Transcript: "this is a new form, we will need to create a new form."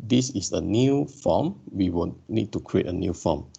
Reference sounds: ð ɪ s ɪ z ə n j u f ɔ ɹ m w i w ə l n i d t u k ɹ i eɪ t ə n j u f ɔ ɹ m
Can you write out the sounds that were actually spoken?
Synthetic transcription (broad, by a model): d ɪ s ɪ s ə n j u f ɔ m w i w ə n n i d t u k ɹ i eɪ t ə n j u f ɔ m